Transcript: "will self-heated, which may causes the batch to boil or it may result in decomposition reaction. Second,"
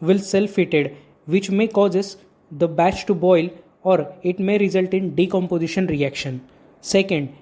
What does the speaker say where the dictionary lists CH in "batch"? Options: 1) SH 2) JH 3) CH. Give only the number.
3